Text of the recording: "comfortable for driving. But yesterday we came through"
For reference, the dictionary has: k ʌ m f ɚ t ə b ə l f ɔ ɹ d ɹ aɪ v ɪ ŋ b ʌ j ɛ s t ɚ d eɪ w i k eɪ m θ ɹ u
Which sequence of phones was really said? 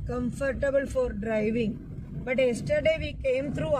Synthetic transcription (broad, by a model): k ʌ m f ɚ t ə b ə l f ɔ ɹ d ɹ aɪ v ɪ ŋ b ʌ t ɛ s t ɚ d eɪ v i k eɪ m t ɹ u